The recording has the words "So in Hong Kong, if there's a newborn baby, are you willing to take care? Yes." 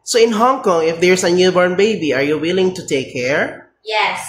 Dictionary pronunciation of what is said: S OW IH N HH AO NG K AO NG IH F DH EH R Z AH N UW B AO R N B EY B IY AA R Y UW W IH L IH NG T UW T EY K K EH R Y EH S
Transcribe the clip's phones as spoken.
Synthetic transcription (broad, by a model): S OW IH N HH AO NG K AO NG IH F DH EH R S AH N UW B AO R N B EY B IY AA R Y UW W IH L IH NG T UW T EY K K EH R Y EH S